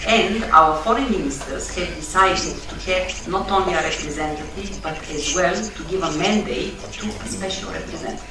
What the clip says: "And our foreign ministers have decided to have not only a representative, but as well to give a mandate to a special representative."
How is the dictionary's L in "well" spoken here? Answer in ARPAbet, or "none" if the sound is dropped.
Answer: L